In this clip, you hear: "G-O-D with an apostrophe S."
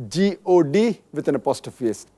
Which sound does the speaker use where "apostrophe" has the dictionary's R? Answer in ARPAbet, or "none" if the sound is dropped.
none